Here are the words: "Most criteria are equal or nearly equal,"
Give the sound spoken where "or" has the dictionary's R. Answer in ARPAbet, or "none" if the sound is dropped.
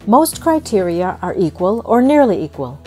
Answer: R